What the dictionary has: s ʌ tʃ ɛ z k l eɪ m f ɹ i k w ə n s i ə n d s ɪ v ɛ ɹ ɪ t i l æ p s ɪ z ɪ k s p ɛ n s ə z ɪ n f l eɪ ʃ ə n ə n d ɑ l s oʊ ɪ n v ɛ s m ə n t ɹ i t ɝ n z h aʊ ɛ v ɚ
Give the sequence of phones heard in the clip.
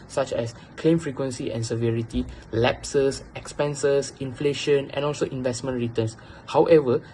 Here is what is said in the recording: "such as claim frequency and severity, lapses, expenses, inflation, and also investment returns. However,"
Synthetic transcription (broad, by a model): s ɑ tʃ ɛ s k l eɪ m f ɹ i k w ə n s i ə n s ɪ v ɛ ɹ ɪ t i l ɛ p s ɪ s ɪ k s p ɛ n s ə s ɪ n f l eɪ ʃ ə n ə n ɑ l s oʊ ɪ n v ɛ s m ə n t ɹ i t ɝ n s h aʊ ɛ v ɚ